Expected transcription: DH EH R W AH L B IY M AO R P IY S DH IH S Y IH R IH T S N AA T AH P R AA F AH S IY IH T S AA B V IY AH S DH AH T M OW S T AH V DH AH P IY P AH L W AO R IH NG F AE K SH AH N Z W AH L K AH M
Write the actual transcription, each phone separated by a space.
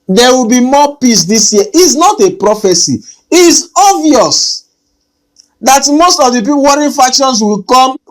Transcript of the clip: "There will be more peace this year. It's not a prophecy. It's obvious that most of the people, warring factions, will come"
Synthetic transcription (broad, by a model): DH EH W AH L B IY M AO P IY S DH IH S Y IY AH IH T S N AA T AH P R AA F AH S IY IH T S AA V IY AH S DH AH T M OW S T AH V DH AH P IY P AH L W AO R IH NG F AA K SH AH N S W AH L K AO M